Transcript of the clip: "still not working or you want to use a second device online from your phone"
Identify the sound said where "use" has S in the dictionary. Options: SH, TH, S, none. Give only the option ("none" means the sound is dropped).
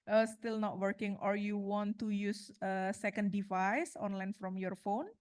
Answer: S